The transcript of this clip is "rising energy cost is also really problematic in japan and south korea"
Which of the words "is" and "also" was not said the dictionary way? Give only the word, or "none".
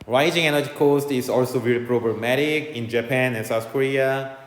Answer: is